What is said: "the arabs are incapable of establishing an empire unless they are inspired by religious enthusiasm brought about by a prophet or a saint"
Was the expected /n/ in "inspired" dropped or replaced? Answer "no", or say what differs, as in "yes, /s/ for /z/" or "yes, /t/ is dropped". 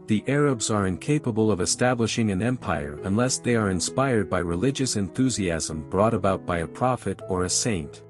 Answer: no